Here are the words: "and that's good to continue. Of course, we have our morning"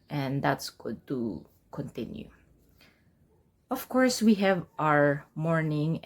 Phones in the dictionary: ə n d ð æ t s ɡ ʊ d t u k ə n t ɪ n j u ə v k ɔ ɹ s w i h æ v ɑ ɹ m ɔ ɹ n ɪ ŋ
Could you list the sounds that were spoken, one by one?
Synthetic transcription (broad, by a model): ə n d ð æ t s ɡ ʊ d t u k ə n t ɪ n j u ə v k ɔ ɹ s w i h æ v ɑ ɹ m ɔ ɹ n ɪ ŋ